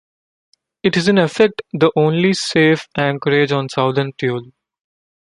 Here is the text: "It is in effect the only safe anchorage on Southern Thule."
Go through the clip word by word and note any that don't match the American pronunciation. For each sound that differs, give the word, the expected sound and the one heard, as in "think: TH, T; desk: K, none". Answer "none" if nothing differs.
thule: TH, T